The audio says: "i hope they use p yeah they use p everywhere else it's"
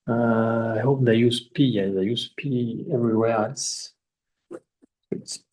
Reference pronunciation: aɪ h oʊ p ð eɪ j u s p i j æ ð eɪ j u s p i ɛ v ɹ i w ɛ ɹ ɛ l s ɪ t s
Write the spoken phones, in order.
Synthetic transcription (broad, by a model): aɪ h oʊ p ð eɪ j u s p i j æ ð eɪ j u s p i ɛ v ɹ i w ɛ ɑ s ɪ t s